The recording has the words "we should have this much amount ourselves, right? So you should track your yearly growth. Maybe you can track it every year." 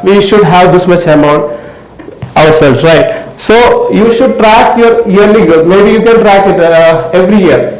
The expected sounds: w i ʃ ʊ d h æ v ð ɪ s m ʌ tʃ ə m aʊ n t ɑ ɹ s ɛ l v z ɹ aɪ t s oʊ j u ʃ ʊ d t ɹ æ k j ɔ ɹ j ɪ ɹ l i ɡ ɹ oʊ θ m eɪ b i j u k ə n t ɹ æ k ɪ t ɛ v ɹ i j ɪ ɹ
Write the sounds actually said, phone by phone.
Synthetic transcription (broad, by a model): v i ʃ ʊ d h æ v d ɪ s m ʌ tʃ ə m aʊ n t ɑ ɹ s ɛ l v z ɹ aɪ t s oʊ j u ʃ ʊ d t ɹ æ k j ɔ ɹ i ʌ ɹ l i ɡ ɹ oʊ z m eɪ b i j u k ə n t ɹ æ k ɪ t ɛ v ɹ i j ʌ ɹ